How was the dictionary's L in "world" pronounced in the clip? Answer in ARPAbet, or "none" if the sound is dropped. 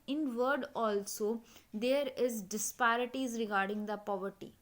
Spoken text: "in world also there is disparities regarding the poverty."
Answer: none